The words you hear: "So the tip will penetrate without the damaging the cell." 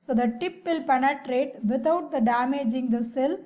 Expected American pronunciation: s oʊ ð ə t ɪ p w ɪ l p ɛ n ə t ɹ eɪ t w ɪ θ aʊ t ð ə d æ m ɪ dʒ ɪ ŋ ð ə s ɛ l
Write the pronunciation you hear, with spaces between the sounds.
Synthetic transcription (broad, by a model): s oʊ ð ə t ɪ p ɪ l p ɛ n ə t ɹ eɪ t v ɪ t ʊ t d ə d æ m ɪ dʒ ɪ ŋ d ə s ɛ l